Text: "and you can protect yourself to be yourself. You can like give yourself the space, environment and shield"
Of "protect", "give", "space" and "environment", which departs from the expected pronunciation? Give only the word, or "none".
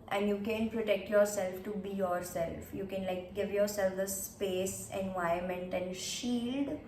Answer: environment